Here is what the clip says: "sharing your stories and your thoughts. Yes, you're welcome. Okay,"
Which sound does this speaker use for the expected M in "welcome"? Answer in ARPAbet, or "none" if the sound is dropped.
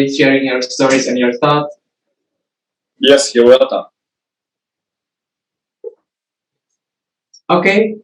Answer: none